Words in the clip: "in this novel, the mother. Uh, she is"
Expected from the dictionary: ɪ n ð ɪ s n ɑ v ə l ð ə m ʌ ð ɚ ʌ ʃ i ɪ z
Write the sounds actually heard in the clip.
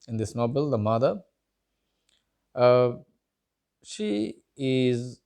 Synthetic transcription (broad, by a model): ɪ n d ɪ s n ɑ b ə l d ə m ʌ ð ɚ ʌ ʃ i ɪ z